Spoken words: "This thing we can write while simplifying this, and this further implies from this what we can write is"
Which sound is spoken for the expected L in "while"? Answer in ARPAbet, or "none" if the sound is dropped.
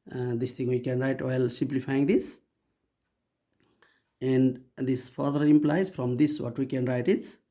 L